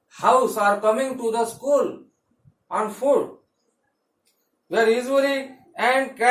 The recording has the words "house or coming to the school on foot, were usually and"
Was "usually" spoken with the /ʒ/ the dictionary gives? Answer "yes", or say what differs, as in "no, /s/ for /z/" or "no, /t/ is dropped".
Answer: no, /z/ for /ʒ/